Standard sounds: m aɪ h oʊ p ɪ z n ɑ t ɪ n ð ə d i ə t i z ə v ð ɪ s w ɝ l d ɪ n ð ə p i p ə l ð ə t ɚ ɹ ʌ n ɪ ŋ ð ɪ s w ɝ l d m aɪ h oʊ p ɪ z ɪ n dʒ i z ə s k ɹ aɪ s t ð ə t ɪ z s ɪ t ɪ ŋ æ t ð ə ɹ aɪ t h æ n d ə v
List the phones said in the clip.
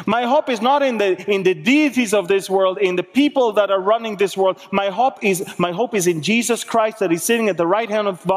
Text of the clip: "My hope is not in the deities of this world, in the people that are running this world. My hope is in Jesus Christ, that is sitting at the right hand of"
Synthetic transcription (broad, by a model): m aɪ h oʊ p ɪ z n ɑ t ɪ n ð ə d i ə t i z ə v ð ɪ s w ɝ l d ɪ n ð ə p i p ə l ð ə t ɚ ɹ ʌ n ɪ ŋ ð ɪ s w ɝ l d m aɪ h oʊ p ɪ z ɪ n dʒ i z ə s k ɹ aɪ s t ð ə t ɪ z s ɪ t ɪ ŋ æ t ð ə ɹ aɪ t h æ n d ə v